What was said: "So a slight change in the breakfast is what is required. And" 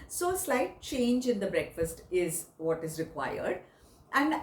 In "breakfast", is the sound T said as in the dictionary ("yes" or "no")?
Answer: yes